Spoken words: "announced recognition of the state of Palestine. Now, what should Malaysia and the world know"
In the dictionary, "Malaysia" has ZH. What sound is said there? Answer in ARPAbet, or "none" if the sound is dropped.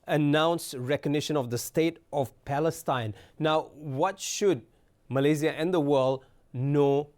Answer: Z